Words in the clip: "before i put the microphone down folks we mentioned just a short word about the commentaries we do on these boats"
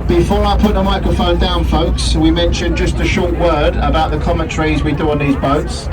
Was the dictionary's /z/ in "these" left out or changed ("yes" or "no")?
no